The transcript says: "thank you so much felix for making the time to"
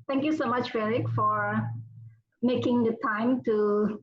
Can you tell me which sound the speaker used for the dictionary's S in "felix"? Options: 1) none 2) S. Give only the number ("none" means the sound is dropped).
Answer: 1